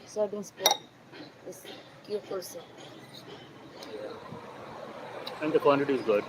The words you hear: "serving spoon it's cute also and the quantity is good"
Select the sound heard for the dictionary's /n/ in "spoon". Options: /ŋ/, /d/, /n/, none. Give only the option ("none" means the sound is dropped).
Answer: none